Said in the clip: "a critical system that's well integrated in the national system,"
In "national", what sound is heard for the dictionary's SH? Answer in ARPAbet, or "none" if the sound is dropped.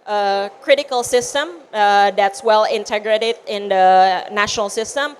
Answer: SH